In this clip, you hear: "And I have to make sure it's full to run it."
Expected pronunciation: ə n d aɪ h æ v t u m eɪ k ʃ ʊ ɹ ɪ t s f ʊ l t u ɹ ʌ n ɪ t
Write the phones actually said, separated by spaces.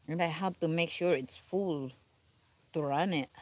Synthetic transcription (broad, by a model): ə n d aɪ h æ p t u m eɪ k ʃ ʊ ɹ ɪ t s f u l t u ɹ ʌ n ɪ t